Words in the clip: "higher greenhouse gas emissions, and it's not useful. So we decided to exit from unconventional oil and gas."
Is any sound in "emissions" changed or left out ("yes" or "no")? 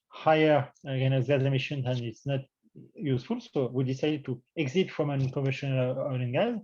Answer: yes